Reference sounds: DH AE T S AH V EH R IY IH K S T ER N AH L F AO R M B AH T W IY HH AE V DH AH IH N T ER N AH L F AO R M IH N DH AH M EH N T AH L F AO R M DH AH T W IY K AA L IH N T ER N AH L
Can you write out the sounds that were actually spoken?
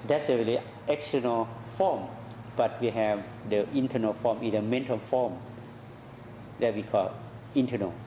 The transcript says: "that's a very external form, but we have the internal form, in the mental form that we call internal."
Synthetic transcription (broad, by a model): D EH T S AH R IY L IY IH K S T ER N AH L F AO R M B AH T W IY HH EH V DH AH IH N T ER N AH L F AO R M IH N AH M EH N T AH L F AO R M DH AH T W IY K AA L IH N T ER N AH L